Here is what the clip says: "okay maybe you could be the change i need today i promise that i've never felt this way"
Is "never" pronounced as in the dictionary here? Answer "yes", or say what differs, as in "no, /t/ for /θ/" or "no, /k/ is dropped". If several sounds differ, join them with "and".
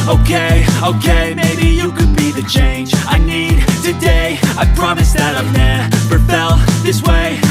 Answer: no, /p/ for /v/